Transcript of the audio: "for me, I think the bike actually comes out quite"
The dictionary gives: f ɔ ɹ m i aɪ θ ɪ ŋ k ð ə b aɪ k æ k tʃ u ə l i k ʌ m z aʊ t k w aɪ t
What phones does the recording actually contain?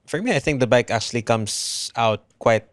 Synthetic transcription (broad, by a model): f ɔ ɹ m i aɪ θ ɪ ŋ k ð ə b aɪ k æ k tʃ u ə l i k ʌ m s aʊ t k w aɪ t